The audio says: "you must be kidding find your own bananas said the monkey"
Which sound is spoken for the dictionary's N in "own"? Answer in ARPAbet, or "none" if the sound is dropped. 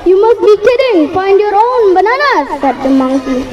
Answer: N